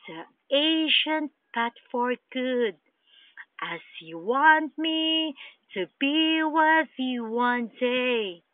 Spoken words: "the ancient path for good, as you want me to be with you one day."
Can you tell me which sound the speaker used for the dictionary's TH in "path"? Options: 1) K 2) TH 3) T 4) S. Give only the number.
3